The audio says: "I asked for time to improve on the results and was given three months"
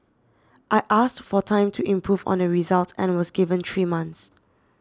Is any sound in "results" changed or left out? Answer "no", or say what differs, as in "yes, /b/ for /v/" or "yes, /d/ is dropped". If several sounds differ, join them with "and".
yes, /s/ is dropped